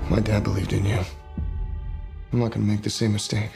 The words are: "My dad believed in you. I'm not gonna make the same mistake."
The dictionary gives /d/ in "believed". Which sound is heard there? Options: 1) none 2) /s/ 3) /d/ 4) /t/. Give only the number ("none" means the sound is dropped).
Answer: 3